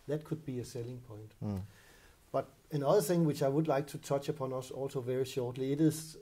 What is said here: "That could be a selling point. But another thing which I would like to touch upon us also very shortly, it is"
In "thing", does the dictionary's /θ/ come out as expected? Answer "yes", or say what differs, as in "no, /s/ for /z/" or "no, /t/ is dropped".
yes